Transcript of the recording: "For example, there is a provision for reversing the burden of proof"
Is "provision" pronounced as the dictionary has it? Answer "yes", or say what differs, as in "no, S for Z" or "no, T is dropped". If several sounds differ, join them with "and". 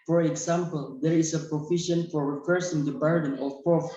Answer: no, F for V and SH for ZH